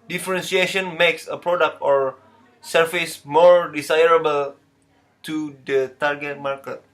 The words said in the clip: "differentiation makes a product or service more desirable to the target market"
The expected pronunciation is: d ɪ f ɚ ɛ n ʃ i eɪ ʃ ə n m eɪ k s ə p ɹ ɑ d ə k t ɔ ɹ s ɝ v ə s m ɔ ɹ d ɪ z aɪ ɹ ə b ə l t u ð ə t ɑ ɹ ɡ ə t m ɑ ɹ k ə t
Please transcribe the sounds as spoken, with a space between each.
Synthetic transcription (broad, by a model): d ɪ f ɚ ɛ n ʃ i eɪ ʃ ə n m eɪ k s ə p ɹ ɑ d ə k t ɔ ɹ s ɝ f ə s m ɔ ɹ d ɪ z aɪ ɹ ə b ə l t u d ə t ɑ ɹ ɡ ə t m ɑ ɹ k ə t